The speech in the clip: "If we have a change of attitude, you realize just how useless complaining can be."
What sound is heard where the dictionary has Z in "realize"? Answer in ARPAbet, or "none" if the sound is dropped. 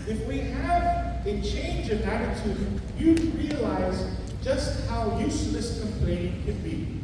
Z